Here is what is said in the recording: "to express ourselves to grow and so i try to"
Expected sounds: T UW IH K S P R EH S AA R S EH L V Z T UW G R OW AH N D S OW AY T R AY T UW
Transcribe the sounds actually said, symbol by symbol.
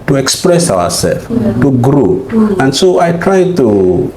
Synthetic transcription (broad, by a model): T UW IH K S P R EH S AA W S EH L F T UW G R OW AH N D S OW AY T R AY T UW